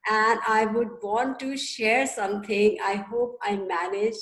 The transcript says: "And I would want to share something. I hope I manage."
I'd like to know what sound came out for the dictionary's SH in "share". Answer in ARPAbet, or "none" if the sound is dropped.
SH